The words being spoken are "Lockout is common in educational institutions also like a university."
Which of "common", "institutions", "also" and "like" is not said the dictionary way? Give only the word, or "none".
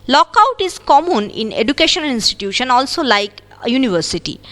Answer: institutions